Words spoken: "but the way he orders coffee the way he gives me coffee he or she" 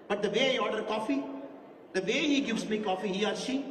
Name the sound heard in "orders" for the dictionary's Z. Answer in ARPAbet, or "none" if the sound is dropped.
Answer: none